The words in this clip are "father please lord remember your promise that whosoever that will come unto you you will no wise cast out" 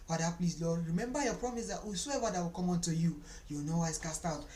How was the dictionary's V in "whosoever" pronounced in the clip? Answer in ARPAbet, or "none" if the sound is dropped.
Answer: W